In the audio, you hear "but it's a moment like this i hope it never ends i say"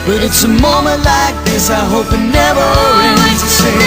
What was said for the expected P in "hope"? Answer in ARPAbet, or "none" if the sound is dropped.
P